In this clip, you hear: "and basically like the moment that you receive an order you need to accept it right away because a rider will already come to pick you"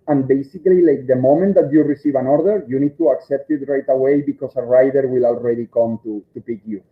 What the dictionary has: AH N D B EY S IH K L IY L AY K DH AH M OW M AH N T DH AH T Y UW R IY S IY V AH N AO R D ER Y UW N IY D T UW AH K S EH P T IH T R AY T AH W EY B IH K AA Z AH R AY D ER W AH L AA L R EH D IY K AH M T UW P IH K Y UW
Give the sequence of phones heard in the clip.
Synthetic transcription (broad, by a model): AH N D B EY S IH K L IY L AY K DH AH M OW M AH N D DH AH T Y UW R IY S IY V AH N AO R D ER Y UW N IY D T UW AH K S EH P T IH T R AY T AH W EY B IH K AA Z AH R AY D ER W AH L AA L R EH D IY K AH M T UW P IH K Y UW